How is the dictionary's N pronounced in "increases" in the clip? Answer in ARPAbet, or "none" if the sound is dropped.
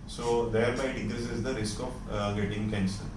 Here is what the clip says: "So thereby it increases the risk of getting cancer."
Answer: none